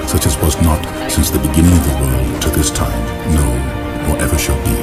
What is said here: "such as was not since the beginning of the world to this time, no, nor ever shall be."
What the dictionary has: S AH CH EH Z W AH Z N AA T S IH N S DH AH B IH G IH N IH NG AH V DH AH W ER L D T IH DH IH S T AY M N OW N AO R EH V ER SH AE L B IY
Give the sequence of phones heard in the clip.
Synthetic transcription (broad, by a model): S AH CH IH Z W AH Z N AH T S IH N S DH AH B IH G IH N IH NG AH V DH AH W ER L D T IH DH IH S T AY M N OW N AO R EH V ER SH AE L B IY